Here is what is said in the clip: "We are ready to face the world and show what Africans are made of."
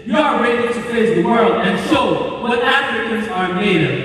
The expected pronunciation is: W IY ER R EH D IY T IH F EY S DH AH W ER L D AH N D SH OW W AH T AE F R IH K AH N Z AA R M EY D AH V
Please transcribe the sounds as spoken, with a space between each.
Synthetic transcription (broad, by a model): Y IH ER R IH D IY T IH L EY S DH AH W ER L D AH N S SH OW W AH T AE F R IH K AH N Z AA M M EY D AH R